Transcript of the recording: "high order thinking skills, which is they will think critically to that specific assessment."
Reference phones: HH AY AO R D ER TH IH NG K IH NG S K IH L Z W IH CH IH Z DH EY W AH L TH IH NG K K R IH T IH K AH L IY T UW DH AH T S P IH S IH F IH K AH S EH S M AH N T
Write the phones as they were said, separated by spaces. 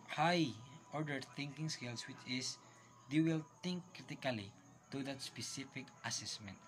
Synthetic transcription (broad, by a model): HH AY AO R D ER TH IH NG K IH NG S K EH L S W IH CH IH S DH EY W AH L T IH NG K K R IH T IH K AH L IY T UW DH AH T S P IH S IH F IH K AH S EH S M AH N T